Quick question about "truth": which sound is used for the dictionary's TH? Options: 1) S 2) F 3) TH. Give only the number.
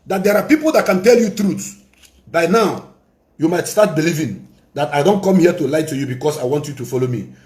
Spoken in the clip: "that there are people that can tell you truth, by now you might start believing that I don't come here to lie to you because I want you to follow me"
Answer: 1